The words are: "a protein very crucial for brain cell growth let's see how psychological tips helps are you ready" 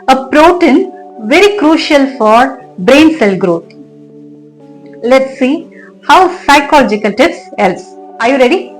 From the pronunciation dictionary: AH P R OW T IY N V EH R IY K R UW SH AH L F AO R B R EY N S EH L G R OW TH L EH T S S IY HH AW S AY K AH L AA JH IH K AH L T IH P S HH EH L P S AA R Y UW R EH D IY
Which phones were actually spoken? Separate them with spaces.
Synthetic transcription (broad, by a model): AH P R OW T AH N V EH R IY K R UW SH AH L F AO R B R EY N S EH L G R OW T L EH T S S IY HH AW S AY K AH L AA JH IH K AH L T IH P S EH L S AA R Y UW R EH D IY